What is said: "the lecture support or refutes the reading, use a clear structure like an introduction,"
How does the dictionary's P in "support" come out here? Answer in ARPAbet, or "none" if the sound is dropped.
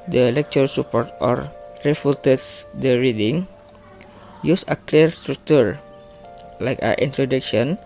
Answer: P